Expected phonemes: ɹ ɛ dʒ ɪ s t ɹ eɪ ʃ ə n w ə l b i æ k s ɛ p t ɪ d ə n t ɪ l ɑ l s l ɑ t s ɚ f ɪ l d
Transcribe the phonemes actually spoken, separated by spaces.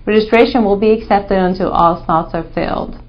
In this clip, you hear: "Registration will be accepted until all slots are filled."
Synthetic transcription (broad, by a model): ɹ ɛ dʒ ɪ s t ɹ eɪ ʃ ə n w ə l b i æ k s ɛ p t ɪ d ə n t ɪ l ɑ l s n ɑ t s ɚ f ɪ l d